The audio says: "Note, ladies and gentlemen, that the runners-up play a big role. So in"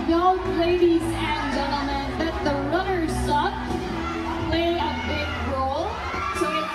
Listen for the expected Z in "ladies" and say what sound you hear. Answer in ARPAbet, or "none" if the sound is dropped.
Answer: Z